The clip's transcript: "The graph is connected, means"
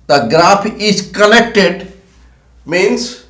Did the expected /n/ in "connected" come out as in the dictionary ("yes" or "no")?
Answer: no